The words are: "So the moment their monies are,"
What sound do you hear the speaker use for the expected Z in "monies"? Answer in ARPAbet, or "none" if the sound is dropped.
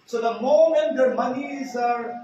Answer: Z